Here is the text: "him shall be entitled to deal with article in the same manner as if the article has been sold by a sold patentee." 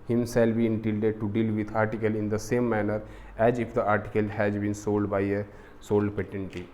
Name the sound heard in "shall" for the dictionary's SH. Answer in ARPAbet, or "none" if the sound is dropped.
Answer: S